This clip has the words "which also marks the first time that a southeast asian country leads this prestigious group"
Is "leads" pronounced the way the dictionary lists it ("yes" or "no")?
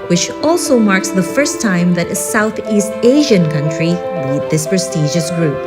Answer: no